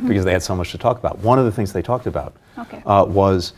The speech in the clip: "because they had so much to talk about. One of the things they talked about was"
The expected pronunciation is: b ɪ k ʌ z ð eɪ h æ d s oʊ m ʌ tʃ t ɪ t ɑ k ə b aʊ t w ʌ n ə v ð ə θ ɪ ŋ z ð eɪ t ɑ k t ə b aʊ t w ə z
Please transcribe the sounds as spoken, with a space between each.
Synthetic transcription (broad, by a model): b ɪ k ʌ z ð eɪ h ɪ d s oʊ m ʌ tʃ t ɪ t ɑ k ə b aʊ t w ʌ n ə v ð ə θ ɪ ŋ z ð eɪ t ɑ k t ə b aʊ t w ə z